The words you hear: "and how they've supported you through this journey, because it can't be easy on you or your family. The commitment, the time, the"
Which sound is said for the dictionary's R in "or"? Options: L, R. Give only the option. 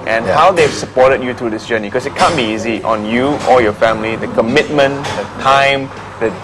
L